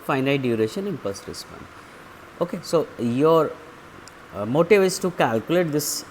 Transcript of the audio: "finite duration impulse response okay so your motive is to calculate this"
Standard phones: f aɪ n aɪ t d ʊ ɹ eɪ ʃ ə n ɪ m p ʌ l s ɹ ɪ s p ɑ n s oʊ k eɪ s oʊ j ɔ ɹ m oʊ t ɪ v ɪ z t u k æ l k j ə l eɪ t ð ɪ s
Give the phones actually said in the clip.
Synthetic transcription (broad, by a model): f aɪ n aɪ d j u ɹ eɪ ʃ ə n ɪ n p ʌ s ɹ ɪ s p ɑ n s oʊ k eɪ s oʊ j ɔ ɹ m oʊ t ɪ v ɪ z t u k æ l k j ə l eɪ t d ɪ s